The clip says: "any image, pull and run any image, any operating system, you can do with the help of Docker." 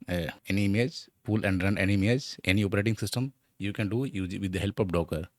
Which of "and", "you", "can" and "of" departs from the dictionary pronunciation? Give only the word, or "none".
of